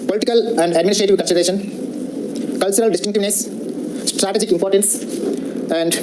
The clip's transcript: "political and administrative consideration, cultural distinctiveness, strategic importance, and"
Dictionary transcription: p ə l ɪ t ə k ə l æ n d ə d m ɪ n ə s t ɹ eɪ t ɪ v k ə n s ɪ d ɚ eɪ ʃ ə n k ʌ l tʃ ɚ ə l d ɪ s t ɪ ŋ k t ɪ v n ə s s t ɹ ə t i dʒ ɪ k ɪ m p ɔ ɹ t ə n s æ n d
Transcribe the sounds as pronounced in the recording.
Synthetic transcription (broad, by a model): p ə l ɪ t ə k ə l æ n d ə d m ɪ n ə s t ɹ eɪ t ɪ v k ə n s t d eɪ ʃ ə n k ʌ l tʃ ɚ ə l d ɪ s t ɪ ŋ k t ɪ v n ə s s t ɹ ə t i dʒ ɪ k ɪ m p ɔ ɹ t ə n s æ n d